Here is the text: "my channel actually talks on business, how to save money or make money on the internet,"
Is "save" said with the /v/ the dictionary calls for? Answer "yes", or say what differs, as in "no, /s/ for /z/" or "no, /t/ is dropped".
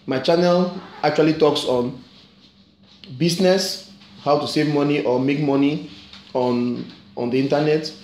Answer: yes